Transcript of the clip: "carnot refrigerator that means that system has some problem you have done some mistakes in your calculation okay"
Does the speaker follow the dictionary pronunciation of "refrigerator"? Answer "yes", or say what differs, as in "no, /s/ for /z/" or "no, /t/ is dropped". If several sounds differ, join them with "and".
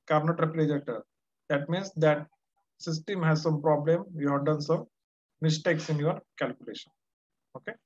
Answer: no, /p/ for /f/